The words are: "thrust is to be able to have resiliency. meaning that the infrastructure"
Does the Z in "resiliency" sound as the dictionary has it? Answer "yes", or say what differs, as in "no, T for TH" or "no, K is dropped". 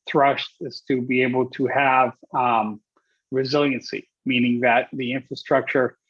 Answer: yes